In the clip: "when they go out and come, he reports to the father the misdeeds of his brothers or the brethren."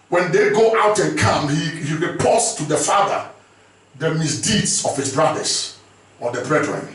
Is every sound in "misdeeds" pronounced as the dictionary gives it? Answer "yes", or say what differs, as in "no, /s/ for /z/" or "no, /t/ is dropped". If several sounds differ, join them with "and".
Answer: no, /s/ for /z/